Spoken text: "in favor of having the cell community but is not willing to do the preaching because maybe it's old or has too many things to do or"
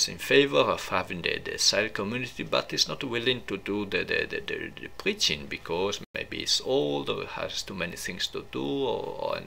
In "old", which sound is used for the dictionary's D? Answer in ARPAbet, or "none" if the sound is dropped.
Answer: D